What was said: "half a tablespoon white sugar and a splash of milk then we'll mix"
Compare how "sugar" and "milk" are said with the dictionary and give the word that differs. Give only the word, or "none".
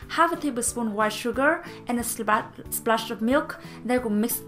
none